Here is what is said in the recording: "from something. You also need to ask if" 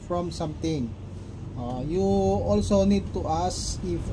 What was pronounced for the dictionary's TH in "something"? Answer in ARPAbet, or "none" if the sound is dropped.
T